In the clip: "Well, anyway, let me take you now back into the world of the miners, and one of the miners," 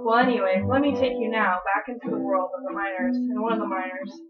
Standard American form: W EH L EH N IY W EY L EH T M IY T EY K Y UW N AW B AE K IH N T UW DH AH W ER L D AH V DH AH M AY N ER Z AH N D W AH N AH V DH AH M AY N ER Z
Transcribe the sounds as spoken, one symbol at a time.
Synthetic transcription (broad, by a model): W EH L EH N IY W EY W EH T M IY T EY K Y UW N AW B AE K IH N T UW DH AH W ER L D AH V DH AH M AY N ER Z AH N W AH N AH V DH AH M AY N ER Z